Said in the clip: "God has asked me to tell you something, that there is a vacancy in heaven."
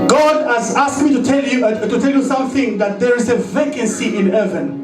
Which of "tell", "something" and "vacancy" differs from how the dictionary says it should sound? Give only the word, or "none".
none